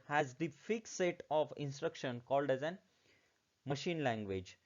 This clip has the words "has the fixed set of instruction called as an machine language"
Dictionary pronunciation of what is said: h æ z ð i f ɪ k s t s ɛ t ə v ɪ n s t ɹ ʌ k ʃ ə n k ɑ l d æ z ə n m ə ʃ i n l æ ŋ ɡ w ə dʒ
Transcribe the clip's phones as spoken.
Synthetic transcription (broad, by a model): h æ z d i f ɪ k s s ɛ t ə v ɪ n s t ɹ ʌ k ʃ ə n k ɑ l d æ z ə n m ə ʃ i n l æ ŋ ɡ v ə dʒ